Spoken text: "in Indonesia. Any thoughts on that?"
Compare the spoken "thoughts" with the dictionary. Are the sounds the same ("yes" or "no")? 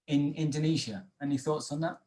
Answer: yes